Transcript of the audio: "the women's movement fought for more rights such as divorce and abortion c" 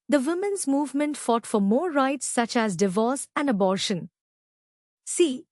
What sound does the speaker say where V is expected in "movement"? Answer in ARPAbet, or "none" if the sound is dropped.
V